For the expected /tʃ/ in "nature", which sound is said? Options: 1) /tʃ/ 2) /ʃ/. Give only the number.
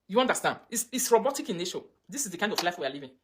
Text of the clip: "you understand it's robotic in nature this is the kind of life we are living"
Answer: 2